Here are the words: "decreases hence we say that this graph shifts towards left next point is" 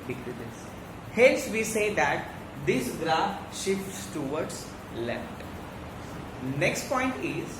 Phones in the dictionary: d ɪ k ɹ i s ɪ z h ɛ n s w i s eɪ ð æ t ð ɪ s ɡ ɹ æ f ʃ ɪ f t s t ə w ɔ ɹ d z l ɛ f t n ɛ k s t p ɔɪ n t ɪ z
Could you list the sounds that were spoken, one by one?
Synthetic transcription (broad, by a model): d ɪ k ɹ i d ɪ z h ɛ l s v i s eɪ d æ t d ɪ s ɡ ɹ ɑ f ʃ ɪ f t s t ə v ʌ ɹ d s l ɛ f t n ɛ k s t p ɔɪ n t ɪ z